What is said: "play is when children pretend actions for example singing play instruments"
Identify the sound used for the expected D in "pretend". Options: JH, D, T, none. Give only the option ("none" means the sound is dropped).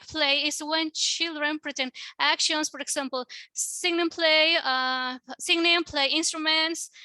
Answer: none